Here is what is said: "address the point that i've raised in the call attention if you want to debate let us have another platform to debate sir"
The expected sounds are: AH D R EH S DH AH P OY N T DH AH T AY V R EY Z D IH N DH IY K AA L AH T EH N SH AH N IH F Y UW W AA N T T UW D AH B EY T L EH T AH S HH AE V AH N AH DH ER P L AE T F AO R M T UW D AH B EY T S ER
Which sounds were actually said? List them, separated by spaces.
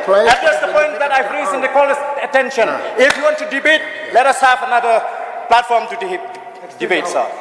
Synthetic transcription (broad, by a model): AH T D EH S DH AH P OY N T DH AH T AY P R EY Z IH N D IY K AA L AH T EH N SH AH N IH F Y UW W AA N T T UW D AH B EY T L EH T AH S HH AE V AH N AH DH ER P L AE T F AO R M T UW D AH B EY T S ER